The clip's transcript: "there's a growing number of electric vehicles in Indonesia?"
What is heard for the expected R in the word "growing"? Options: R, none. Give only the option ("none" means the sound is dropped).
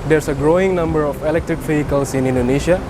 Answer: R